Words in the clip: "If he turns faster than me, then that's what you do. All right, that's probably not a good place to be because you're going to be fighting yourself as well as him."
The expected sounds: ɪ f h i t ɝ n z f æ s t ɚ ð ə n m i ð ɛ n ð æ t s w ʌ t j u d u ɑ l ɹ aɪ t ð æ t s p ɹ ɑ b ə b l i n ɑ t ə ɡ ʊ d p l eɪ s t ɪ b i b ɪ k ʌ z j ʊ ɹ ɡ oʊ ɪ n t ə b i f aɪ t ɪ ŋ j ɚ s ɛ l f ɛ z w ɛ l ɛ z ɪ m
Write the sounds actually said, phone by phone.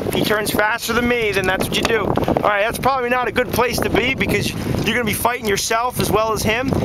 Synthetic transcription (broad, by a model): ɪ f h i t ɝ n z f æ s t ɚ ð ə n m i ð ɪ n ð æ t s w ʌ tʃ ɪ d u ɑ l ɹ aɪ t ð æ t s p ɹ ɑ b ə b l i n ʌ t ə ɡ ʊ d p l eɪ s t ɪ b i b ɪ k ʌ z j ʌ ɹ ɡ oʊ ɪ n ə b i f aɪ t ɪ ŋ j ɚ s ɛ l f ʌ z w ɛ l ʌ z ɪ m